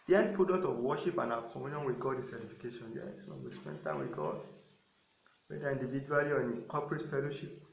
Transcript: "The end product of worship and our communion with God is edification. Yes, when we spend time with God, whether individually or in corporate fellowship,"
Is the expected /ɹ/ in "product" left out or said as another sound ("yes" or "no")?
yes